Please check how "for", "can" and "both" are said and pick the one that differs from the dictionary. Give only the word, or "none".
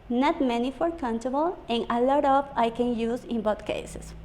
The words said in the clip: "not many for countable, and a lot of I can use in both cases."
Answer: both